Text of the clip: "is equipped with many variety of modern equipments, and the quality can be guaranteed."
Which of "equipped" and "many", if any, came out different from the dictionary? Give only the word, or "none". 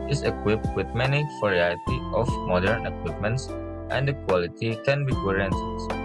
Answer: none